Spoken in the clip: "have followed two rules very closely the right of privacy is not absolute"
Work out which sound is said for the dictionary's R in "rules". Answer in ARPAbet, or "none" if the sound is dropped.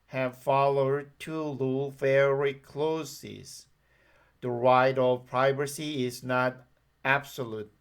L